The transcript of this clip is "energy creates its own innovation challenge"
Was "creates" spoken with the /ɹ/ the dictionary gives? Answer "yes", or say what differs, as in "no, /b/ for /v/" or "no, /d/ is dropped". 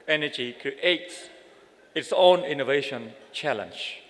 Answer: no, /ɹ/ is dropped